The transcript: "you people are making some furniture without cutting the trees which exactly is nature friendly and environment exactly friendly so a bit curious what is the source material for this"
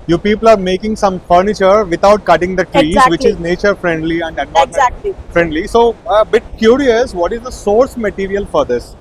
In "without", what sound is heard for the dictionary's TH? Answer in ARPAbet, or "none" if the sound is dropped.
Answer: T